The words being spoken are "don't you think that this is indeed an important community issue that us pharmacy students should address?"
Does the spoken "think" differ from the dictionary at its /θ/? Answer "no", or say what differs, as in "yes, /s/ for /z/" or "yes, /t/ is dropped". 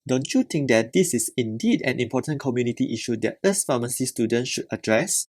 yes, /t/ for /θ/